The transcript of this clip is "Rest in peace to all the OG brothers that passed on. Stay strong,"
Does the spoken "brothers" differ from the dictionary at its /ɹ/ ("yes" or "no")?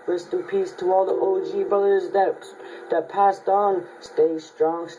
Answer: yes